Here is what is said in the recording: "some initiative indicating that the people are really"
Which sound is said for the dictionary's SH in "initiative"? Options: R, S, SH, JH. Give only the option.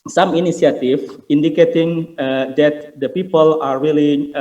S